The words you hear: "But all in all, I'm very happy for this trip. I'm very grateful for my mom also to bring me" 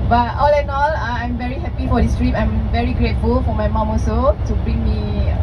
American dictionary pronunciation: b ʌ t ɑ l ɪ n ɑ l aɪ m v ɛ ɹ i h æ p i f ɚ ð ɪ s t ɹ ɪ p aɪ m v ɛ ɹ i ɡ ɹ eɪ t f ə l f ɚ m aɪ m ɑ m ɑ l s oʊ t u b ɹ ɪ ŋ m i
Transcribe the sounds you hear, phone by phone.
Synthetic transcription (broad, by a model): b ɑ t ɑ l ɪ n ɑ l aɪ m v ɛ ɹ i h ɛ p i f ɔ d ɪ s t ɹ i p aɪ m v ɛ ɹ i ɡ ɹ eɪ t f ə l f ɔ m aɪ m ɑ m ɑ s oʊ t u b ɹ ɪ ŋ m i